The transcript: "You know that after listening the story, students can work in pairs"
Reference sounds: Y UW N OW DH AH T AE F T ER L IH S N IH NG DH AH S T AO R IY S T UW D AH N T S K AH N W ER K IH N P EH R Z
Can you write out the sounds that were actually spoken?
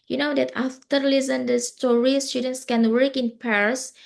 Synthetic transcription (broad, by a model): Y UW N OW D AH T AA F T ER L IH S IH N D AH S T AO R IY S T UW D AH N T S K AH N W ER K IH N P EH R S